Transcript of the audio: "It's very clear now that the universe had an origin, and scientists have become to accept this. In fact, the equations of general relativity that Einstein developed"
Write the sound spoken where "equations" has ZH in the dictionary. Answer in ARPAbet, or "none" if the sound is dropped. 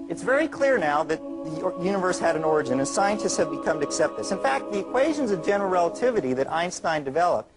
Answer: ZH